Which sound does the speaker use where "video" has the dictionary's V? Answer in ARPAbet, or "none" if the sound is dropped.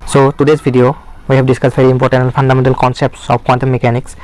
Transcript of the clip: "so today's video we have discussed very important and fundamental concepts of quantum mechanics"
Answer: B